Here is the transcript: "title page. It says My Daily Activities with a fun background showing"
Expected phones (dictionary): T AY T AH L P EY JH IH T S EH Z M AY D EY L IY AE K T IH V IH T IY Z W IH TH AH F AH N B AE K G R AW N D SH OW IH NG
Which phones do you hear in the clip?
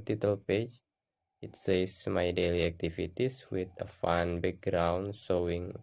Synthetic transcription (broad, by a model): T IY T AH L P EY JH IH T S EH S M AY D EY L IY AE K T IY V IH T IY S W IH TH AH F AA N B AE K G R AW N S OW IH NG